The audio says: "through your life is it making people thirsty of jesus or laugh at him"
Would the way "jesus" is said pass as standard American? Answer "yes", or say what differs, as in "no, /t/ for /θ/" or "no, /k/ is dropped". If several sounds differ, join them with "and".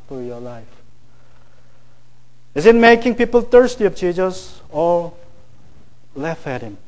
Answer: no, /tʃ/ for /dʒ/